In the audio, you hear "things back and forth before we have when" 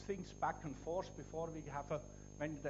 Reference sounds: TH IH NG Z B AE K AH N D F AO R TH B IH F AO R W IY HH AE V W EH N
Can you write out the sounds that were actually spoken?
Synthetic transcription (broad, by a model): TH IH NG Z B AE K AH N F AO R S B IH F AO R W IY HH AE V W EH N